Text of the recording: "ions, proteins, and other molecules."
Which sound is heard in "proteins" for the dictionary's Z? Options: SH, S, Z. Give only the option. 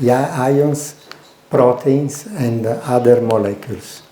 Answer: S